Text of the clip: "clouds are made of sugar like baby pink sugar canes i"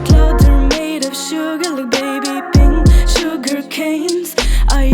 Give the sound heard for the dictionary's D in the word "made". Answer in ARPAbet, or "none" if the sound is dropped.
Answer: D